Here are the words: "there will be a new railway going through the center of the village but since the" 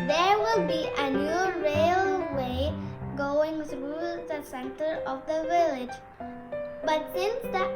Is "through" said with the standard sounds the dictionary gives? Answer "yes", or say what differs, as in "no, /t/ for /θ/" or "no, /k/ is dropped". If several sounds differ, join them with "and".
no, /s/ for /θ/